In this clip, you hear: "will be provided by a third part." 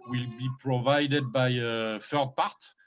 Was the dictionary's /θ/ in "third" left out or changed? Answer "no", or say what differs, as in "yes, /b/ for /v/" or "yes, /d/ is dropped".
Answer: yes, /f/ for /θ/